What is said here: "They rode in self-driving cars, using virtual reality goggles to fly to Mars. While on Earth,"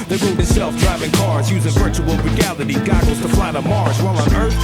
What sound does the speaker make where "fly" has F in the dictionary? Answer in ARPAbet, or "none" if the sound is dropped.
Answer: P